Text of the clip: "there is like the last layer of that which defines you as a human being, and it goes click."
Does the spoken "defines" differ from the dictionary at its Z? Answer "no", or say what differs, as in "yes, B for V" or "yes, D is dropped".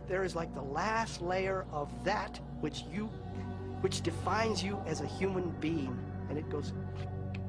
no